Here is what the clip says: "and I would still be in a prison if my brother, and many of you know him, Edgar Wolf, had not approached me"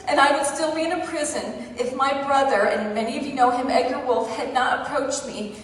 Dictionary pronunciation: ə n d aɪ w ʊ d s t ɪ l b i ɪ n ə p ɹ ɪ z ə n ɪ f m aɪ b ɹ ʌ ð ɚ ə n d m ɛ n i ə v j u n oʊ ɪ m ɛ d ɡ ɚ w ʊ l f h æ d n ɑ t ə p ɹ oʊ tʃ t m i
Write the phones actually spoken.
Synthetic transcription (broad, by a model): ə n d aɪ w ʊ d s t ɪ l b i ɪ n ə p ɹ ɪ z ə n ɪ f m aɪ b ɹ ʌ ð ɚ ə n m ɛ n i ə v j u n oʊ ɪ m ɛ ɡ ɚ w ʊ l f h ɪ d n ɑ t ə p ɹ oʊ tʃ t m i